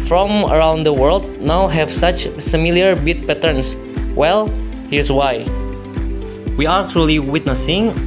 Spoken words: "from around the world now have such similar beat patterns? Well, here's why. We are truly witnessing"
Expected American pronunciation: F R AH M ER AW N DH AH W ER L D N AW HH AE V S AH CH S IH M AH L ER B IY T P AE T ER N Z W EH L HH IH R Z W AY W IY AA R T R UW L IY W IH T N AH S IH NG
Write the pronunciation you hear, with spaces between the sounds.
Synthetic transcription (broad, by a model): F R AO M ER AW N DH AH W ER L D N AW HH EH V S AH CH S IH M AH L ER B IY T P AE T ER N S W EH L HH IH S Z W AY W IY AA R T R UW L IY W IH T N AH S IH NG